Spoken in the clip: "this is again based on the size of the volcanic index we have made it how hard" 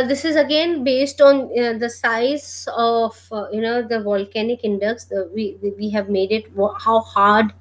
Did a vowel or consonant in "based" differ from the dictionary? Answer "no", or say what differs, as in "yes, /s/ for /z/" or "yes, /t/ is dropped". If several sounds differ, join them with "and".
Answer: no